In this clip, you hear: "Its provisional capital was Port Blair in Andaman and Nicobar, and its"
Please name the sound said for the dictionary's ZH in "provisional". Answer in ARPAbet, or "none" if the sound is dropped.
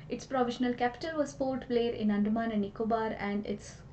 SH